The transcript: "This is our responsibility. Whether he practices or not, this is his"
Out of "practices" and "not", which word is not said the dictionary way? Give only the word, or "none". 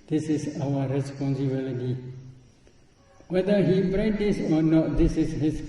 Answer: practices